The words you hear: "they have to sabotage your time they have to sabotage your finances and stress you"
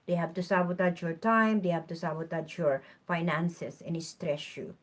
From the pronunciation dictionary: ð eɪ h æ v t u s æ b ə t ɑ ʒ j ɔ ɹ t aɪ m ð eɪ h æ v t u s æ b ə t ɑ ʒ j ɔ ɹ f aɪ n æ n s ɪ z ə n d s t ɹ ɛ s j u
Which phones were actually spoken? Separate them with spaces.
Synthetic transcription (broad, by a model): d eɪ h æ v t u s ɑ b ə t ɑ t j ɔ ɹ t aɪ m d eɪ h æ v t u s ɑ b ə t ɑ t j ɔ ɹ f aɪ n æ n s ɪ s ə n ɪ s t ɹ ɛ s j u